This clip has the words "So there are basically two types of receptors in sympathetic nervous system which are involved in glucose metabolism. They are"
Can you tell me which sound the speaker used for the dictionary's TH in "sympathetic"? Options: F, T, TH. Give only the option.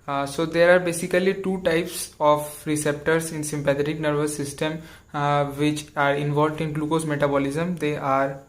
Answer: T